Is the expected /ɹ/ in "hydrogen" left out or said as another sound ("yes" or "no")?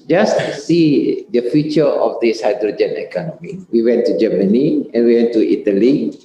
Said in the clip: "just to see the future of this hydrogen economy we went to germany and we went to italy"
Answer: no